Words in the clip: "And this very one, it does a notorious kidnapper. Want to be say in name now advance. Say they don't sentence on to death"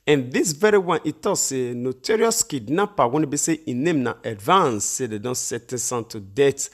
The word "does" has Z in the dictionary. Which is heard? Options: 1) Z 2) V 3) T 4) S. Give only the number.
4